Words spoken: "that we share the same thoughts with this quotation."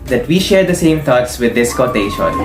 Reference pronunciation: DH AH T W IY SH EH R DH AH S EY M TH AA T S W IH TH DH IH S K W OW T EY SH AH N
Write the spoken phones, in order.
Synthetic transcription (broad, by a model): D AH T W IY SH EH R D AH S EY M T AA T S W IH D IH S K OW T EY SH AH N